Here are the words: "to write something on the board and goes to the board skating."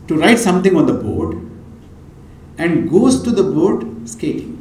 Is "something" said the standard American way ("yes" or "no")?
no